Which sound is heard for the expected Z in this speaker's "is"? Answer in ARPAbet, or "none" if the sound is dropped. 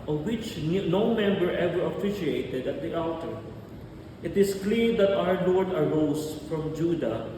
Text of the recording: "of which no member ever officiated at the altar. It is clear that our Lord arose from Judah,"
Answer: S